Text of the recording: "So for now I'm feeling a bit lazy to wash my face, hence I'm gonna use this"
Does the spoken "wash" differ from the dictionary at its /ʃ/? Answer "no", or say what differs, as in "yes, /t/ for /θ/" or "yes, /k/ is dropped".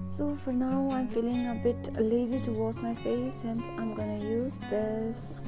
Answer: yes, /s/ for /ʃ/